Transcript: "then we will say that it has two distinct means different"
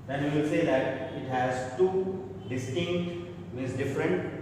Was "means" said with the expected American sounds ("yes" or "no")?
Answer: no